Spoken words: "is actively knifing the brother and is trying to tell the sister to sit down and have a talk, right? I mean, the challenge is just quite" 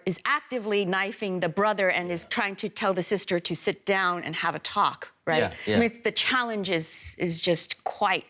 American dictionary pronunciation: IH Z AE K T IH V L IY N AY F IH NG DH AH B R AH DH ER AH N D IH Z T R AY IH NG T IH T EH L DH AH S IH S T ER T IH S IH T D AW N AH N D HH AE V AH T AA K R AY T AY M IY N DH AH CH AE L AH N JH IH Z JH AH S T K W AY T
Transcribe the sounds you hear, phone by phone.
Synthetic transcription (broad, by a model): IH Z AE K T IH V L IY N AY F IH NG DH AH B R AH DH ER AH N IH Z T R AY IH NG T IH T EH L DH AH S IH S T ER T IH S IH T D AW N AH N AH V AH T AA K R AY T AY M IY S DH AH CH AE L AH N JH IH Z JH AH S T K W AY T